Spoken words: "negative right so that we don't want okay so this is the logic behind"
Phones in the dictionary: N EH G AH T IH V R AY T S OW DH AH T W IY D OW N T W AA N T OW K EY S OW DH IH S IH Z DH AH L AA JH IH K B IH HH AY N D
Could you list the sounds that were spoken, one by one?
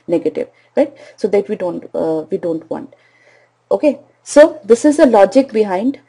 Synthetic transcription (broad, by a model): N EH G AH T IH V R AY T S OW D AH T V IY D OW N T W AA N T OW K EY S OW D IH S IH Z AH L AA JH IH K B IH HH AY N D